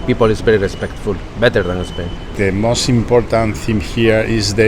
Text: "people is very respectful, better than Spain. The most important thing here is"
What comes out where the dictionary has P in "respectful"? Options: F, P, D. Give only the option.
P